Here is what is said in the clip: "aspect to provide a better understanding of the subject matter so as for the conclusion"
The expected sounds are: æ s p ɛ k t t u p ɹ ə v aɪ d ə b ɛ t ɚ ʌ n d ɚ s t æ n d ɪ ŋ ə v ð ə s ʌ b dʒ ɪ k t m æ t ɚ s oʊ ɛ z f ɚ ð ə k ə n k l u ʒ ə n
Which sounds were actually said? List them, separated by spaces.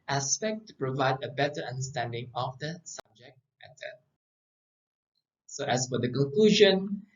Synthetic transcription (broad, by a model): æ s p ɛ k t t u p ɹ ə v aɪ d ə b ɛ t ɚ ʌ n d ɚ s t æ n d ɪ ŋ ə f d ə s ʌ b dʒ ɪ k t m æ t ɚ s oʊ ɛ s f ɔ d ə k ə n k l u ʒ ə n